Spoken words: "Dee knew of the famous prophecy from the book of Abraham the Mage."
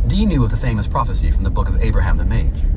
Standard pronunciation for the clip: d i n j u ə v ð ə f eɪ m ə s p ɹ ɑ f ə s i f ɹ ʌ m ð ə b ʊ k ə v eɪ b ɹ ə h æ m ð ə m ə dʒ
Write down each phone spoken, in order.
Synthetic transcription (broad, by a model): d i n j u ə v ð ə f eɪ m ə s p ɹ ɑ f ə s i f ɹ ʌ m ð ə b ʊ k ə v eɪ b ɹ ə h æ m ð ə m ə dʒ